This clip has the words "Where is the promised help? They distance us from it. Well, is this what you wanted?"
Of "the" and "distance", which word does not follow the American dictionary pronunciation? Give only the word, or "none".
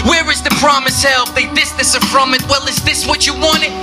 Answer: distance